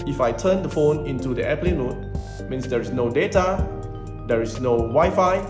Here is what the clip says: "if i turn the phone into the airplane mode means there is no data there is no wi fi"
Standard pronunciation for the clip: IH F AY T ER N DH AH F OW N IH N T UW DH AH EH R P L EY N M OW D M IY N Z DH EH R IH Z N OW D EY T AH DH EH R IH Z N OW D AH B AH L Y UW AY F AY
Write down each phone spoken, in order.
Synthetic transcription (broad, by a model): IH F AY T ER N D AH F OW N IH N T UW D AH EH P L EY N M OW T M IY N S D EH R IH S N OW D EY T AH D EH R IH S N OW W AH Y F AY